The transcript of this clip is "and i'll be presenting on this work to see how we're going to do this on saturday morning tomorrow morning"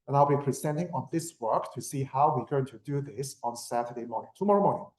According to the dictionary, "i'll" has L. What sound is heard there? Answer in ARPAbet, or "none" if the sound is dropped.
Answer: L